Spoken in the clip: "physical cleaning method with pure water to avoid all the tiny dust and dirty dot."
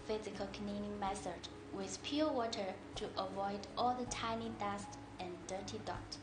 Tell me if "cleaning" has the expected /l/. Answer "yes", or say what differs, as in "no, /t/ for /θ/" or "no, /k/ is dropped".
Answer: no, /n/ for /l/